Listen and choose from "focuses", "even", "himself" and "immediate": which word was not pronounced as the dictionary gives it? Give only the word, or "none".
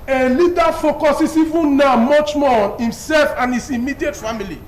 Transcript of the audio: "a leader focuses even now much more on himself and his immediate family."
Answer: focuses